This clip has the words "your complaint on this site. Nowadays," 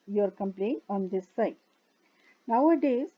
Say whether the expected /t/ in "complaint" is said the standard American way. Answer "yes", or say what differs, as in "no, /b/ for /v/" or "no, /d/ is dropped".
no, /t/ is dropped